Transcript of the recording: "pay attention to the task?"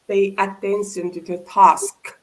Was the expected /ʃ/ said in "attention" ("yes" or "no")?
no